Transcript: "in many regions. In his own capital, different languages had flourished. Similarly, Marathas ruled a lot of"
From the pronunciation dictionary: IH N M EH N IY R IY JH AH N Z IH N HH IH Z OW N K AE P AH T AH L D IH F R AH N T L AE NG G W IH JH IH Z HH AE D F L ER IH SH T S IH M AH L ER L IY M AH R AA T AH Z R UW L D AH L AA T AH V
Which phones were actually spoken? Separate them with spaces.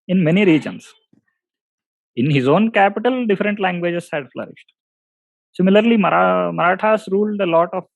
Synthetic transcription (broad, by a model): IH N M EH N IY R IY JH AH N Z IH N HH IH Z OW N K AE P AH T AH L D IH F R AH N T L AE NG G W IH JH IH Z HH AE D F L ER IH SH T S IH M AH L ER L IY M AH R AA T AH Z R UW L D AH L AA T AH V